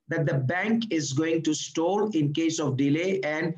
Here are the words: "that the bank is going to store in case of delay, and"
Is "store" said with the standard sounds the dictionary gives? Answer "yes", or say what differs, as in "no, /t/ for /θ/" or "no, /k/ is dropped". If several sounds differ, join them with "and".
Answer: no, /l/ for /ɹ/